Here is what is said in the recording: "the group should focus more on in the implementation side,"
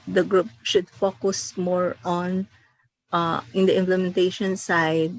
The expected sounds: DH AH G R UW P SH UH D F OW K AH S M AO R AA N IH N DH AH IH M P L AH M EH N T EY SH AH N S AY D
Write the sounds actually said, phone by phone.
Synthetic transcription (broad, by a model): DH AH G R UW P SH UH D F OW K AH S M AO R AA N IH N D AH IH M P L AH M EH N T EY SH AH N S AY D